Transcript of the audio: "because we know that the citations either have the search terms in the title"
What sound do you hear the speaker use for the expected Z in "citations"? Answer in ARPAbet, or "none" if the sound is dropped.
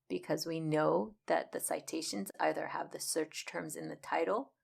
Z